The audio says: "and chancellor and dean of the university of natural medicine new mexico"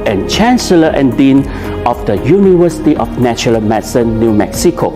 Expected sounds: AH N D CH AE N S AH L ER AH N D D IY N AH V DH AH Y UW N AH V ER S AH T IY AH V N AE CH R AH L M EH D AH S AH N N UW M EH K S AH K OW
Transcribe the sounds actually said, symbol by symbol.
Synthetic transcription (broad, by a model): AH N CH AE N S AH L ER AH N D D IY N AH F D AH Y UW N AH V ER S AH T IY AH F N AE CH AH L M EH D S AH N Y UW M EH K S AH K OW